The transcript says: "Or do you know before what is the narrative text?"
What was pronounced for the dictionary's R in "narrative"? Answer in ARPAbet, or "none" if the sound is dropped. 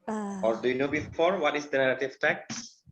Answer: L